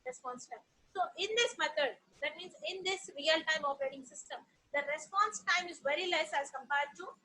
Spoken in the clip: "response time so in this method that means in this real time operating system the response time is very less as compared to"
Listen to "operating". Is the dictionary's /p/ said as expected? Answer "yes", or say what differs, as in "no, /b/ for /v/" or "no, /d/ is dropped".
no, /f/ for /p/